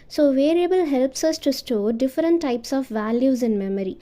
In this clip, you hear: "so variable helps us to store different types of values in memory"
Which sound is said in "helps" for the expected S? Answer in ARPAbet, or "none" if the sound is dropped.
S